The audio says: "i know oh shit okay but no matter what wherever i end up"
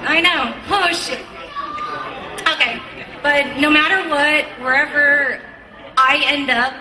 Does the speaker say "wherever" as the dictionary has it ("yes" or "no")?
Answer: yes